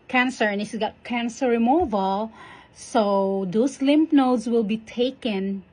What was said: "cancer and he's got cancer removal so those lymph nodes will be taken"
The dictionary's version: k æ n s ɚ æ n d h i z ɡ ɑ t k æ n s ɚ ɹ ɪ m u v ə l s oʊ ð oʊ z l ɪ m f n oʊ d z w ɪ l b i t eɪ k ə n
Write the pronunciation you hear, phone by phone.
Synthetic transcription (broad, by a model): k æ n s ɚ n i s ɡ ɑ t k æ n s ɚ ɹ ɪ m u v ə l s oʊ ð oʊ s l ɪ m p n oʊ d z w ɪ l b i t eɪ k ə n